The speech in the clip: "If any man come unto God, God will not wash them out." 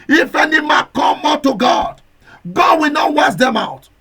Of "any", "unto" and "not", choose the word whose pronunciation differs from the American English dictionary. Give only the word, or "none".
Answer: unto